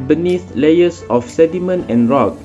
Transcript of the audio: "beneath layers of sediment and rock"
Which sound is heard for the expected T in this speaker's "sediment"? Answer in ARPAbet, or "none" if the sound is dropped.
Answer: none